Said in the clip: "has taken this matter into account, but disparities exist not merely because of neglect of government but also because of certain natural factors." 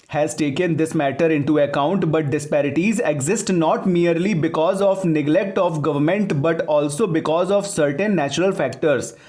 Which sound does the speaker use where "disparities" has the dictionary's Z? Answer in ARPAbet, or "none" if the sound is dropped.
Z